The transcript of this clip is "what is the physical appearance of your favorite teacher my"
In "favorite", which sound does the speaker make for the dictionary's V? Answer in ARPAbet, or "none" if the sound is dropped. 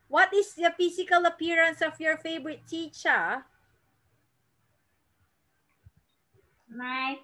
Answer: B